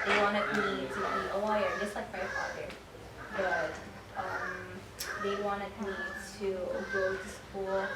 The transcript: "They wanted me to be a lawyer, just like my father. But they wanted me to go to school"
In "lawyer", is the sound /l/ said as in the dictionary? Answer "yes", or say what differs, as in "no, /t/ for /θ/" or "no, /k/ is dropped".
no, /w/ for /l/